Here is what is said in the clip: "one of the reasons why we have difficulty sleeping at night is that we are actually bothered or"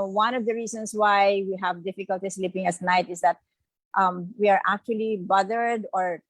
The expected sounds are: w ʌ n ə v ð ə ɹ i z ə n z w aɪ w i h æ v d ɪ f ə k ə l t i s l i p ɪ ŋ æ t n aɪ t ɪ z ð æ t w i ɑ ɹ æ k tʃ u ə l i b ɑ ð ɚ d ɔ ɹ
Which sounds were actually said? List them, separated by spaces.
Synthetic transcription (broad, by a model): w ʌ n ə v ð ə ɹ i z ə n s w aɪ w i h æ v d ɪ f ə k ə l t i s l i p ɪ ŋ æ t n aɪ t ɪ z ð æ t w i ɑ ɹ æ k tʃ u ə l i b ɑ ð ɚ d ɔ ɹ